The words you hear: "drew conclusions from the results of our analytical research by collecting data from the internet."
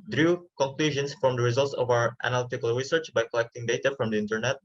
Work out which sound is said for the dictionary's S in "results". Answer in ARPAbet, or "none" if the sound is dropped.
S